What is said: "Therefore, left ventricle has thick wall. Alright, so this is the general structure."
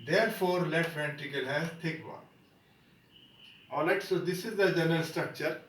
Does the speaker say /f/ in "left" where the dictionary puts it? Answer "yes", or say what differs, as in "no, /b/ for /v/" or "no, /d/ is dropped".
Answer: no, /f/ is dropped